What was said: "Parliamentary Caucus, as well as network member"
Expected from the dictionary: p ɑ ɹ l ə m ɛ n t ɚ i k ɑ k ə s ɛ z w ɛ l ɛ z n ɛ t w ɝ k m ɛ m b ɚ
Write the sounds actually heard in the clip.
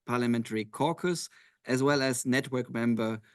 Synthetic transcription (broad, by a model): p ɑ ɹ l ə m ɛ n t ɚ i k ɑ k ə s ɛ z w ɛ l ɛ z n ɛ t w ɝ k m ɛ m b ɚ